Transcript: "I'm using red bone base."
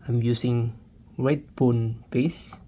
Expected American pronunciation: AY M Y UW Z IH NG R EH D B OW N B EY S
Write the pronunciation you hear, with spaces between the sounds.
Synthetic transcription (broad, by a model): AY M Y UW S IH NG W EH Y B OW N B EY S